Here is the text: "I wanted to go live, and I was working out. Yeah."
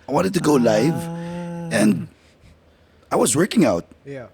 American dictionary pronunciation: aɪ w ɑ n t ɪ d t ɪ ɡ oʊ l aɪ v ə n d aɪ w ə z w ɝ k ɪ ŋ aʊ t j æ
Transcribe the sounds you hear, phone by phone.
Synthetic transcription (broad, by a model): aɪ w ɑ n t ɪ d t ɪ ɡ oʊ l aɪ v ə n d aɪ w ə z w ɝ k ɪ ŋ aʊ t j